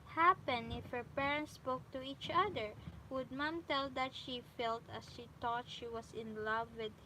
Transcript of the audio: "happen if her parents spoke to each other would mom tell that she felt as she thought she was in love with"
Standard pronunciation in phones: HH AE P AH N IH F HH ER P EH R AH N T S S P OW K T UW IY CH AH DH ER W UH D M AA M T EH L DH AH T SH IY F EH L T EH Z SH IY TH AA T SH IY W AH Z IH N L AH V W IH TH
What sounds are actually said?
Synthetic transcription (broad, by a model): HH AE P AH N IH F HH ER P EH R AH N T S S P OW K T UW IY CH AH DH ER W UH D M AA M T EH L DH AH T SH IY F EH L T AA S SH IY T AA T SH IY W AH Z IH N L AH V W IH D